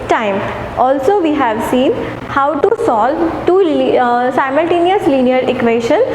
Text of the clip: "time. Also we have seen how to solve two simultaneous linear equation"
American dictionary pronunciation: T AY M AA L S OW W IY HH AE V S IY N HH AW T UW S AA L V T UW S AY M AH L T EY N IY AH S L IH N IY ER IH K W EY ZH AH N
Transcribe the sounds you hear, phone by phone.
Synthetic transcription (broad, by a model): T AY M AA L S OW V IY HH AE V S IY N HH AW T UW S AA L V T UW S AY M AH L T EY N IY AH S L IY N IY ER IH K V EY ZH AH N